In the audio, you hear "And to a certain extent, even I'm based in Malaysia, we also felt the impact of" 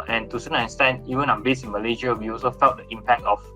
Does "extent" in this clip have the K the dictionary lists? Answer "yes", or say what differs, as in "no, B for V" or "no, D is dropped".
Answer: no, K is dropped